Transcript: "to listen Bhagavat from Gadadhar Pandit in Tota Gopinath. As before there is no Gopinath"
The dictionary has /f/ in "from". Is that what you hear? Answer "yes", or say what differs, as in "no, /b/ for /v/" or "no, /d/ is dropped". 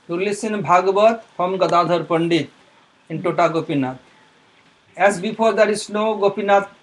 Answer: no, /p/ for /f/